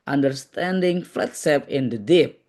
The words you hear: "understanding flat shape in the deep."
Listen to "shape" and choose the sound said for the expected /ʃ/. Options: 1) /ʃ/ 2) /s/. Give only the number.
2